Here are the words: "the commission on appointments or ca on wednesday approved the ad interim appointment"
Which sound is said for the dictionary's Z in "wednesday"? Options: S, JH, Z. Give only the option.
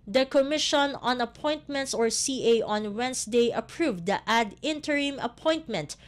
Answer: S